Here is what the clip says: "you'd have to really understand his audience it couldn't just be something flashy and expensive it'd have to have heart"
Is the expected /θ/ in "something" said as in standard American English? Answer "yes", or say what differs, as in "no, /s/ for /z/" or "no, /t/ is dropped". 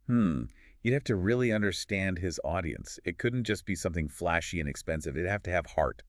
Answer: yes